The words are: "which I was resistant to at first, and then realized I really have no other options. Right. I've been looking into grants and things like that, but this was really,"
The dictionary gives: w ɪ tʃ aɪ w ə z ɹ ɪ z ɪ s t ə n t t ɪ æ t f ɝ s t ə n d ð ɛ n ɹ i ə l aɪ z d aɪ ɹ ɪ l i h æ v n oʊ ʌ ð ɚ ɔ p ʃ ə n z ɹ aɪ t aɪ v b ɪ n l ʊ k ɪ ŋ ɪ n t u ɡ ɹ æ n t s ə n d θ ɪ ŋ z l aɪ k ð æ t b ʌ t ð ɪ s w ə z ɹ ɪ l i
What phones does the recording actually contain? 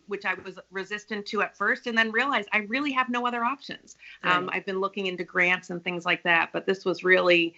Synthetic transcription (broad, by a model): w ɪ tʃ aɪ w ə z ɹ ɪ z ɪ s t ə n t t ɪ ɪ t f ɝ s t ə n ð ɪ n ɹ i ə l aɪ z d aɪ ɹ ɪ l i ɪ v n oʊ ʌ ð ɚ ɔ p ʃ ə n z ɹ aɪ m aɪ v b ɪ n l ʊ k ɪ ŋ ɪ n t u ɡ ɹ æ n t s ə n θ ɪ ŋ z l aɪ k ð æ t b ʌ t ð ɪ s w ə z ɹ ɪ l i